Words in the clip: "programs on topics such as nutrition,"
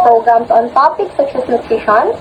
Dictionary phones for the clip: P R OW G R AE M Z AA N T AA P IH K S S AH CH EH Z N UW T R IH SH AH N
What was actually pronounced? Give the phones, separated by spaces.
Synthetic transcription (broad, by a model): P R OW G R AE M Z AA N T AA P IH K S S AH S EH S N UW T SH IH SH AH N